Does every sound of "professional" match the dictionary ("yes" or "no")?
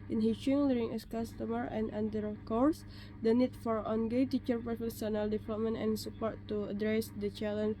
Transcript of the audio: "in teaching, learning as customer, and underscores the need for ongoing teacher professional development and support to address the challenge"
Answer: no